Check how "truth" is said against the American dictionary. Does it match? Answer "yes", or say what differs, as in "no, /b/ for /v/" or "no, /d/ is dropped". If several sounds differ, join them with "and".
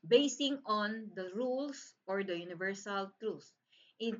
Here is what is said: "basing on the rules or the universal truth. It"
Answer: no, /s/ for /θ/